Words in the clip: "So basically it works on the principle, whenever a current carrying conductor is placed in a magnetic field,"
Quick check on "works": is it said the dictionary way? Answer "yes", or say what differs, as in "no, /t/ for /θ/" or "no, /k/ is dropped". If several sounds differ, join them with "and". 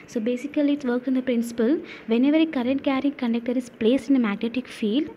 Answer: no, /s/ is dropped